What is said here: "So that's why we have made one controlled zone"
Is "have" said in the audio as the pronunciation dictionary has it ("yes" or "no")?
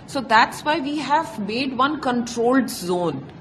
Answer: yes